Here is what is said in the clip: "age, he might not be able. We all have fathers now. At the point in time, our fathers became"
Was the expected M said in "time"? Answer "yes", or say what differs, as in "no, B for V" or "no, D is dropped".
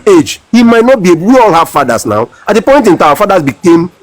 no, M is dropped